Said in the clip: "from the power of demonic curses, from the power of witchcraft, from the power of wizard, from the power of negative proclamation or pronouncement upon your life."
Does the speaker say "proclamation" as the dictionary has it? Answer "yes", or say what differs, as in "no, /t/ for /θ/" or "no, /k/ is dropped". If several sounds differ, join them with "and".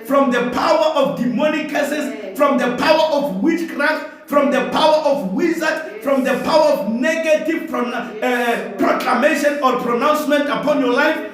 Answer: yes